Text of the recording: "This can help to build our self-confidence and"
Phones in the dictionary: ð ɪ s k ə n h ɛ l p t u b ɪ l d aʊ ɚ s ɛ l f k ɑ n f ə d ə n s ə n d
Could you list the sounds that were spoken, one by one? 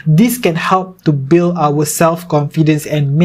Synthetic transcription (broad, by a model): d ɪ s k ə n h ɛ l p t u b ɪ l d aʊ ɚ s ɛ l f k ɑ n f ə d ə n s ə n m